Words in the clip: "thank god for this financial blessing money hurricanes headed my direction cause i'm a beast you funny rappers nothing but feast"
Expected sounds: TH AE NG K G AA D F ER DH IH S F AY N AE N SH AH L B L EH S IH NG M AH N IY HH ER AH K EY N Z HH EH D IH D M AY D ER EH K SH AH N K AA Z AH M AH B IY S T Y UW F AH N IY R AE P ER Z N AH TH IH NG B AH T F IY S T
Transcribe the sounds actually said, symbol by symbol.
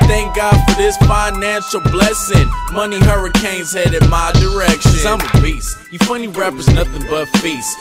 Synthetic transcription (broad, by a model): TH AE NG K G AA D F ER DH IH S F AY N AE N SH L B L EH S IH NG M AH N IY HH ER AH K EY N Z HH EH D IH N M AY D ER EH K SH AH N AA AH M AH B IY S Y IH F AH N IY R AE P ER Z N AH TH IH NG B AH T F IY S